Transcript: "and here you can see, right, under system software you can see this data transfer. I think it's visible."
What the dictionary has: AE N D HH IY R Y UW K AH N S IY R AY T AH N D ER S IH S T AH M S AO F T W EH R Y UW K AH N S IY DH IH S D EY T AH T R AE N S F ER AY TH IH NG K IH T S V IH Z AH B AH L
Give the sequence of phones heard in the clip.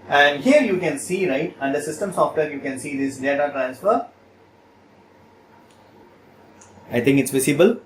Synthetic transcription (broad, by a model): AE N D HH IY R Y UW K AH N S IY R AY T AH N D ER S IH S T AH M S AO F T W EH R Y UW K AH N S IY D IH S D EY T AH T R AE N S F ER AY T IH NG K IH T S V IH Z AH B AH L